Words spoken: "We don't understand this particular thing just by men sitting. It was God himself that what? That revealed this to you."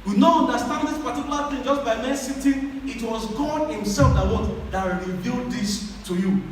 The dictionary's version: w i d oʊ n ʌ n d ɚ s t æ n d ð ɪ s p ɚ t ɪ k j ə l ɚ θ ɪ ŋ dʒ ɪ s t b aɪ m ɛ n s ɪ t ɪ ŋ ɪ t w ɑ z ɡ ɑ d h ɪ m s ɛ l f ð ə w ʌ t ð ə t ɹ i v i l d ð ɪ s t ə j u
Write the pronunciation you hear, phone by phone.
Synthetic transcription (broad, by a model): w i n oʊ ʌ n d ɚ s t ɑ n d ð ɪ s p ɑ t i k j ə l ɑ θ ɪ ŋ dʒ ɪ s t b aɪ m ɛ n s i t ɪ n ɪ t w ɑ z ɡ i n h ɪ m s ɛ l f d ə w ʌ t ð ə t ɹ i v i l d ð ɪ s t ə j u